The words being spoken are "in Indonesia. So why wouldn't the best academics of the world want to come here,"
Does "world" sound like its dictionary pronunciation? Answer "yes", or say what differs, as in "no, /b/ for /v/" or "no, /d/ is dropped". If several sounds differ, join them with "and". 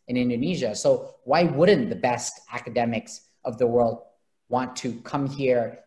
yes